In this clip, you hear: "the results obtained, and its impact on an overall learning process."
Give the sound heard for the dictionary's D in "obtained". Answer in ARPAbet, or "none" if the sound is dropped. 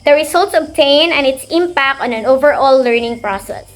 none